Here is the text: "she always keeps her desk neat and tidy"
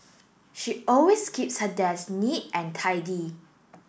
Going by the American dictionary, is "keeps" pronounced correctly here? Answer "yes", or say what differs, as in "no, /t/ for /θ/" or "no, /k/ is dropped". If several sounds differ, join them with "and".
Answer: yes